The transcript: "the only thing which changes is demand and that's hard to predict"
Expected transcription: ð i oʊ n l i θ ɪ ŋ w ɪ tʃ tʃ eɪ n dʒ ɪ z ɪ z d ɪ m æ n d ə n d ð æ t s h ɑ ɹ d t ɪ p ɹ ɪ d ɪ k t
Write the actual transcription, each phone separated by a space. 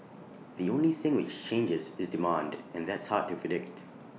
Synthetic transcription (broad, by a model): ð i oʊ n l i θ ɪ ŋ w ɪ tʃ tʃ eɪ n dʒ ɪ z ɪ z d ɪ m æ n d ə n ð æ t s h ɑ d t ɪ p ɹ ɪ d ɪ k t